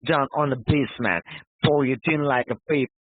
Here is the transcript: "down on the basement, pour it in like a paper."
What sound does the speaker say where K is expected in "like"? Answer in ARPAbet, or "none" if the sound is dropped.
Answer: K